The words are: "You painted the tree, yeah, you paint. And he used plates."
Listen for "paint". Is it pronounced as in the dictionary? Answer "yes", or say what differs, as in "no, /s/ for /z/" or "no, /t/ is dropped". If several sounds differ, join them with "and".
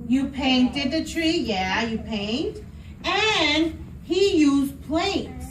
yes